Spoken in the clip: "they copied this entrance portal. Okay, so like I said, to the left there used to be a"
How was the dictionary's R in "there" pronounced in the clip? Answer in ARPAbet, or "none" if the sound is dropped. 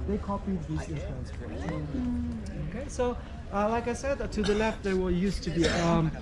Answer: W